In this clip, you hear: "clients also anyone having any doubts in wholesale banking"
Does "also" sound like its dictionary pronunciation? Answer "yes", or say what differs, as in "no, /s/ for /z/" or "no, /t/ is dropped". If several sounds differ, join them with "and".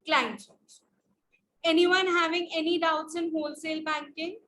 no, /l/ is dropped